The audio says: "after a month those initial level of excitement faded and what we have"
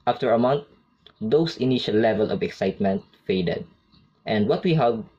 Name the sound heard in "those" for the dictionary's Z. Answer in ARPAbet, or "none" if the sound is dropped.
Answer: S